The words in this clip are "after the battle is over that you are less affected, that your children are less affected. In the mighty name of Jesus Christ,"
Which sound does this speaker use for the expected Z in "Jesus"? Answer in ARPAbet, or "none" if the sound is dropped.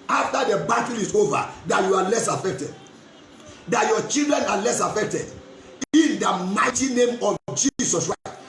S